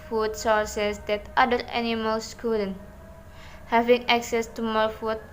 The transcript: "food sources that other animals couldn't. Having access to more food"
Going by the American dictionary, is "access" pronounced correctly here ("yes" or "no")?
yes